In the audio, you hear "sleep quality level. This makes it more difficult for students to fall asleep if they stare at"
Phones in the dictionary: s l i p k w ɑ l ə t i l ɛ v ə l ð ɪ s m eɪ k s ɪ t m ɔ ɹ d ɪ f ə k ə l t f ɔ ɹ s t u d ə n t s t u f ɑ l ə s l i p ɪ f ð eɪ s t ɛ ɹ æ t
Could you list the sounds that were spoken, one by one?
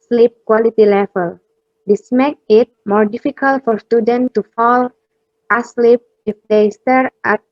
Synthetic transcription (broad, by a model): s l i p k w ɑ l ə t i l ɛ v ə l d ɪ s m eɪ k ɪ t m ɔ ɹ d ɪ f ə k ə l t f ɔ ɹ s t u d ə n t t u f ɑ l ə s l i p ɪ f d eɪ s t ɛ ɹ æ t